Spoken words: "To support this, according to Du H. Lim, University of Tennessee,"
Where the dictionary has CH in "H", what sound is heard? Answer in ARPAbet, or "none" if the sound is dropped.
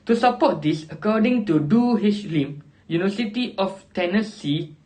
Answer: SH